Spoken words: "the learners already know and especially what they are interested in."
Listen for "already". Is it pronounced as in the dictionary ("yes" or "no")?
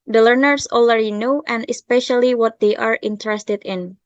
no